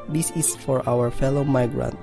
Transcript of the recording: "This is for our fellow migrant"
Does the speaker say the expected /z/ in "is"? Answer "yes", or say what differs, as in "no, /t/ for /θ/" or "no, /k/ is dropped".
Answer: no, /s/ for /z/